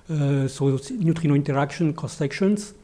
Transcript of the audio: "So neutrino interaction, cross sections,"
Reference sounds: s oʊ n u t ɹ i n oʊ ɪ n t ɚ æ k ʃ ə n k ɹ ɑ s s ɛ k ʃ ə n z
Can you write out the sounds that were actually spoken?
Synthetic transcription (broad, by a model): s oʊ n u t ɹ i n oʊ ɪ n t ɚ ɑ k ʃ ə n k ɑ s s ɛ k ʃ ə n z